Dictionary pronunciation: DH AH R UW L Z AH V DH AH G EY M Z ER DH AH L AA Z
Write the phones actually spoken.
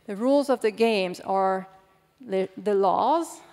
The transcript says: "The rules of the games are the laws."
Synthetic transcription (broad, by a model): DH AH R UW L Z AH V DH AH G EY M Z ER DH AH L AA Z